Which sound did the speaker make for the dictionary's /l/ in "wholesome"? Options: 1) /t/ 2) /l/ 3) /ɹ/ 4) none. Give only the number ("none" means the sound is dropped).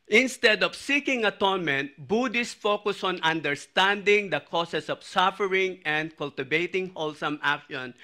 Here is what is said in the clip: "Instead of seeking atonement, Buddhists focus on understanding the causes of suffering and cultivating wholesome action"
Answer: 2